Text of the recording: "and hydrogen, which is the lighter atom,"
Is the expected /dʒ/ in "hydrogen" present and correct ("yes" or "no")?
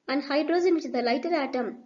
no